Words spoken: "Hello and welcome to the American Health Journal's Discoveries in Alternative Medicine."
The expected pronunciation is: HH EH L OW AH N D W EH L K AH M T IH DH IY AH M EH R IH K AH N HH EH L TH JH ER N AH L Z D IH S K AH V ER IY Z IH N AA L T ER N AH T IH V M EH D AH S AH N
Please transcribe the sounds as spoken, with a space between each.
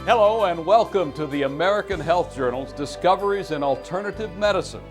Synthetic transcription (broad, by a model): HH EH L OW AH N W EH L K AH M T IH DH IY AH M EH R IH K AH N HH EH L TH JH ER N L Z D IH S K AH V ER IY Z IH N AA L T ER N AH T IH V M EH D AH S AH N